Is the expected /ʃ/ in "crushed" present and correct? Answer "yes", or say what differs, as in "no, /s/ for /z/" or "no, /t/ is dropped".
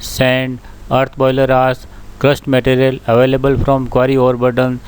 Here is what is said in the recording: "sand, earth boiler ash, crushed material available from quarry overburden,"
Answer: no, /s/ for /ʃ/